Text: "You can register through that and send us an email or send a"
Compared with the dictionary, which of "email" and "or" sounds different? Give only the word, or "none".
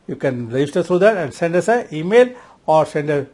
none